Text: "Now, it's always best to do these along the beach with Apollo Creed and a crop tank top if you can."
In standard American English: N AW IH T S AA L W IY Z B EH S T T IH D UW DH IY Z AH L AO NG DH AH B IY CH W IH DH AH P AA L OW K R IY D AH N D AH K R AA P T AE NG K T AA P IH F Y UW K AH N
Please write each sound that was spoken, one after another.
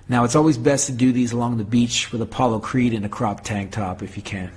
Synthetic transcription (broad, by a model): N AW IH T S AA L W IY Z B EH S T T IH D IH DH IY Z AH L AO NG DH AH B IY CH W IH DH AH P AA L OW K R IY D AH N AH K R AA P T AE NG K T AA P IH F Y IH K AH N